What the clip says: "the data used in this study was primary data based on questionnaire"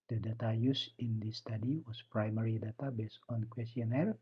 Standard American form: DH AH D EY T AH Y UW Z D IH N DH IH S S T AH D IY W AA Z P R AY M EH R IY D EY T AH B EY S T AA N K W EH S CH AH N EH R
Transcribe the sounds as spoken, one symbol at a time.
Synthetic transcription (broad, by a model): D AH D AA T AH Y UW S IH N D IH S S T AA D IY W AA S P R AY M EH R IY D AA T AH B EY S AA N K W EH S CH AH N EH R